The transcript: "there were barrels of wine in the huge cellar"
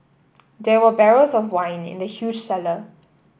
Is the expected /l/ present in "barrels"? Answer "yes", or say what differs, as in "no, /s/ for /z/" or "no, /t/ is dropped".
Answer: no, /l/ is dropped